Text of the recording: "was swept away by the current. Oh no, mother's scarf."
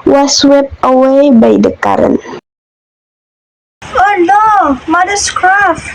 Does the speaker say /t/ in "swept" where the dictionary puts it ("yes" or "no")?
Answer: no